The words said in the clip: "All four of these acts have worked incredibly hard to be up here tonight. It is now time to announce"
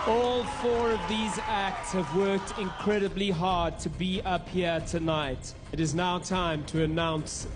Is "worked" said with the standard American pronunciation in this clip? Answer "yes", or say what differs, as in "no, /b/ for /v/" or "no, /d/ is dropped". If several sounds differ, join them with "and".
yes